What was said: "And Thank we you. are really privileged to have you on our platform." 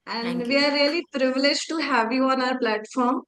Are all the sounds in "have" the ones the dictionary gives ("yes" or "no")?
yes